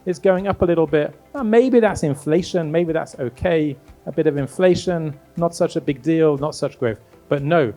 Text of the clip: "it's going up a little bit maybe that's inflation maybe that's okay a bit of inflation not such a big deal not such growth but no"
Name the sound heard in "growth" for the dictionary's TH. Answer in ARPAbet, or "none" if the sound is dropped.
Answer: F